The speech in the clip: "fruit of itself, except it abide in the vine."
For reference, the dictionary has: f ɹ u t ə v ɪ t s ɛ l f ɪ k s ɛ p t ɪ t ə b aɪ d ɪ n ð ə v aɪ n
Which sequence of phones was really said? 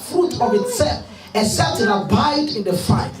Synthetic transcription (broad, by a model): f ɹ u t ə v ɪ t s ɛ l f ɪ s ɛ t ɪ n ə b aɪ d ɪ n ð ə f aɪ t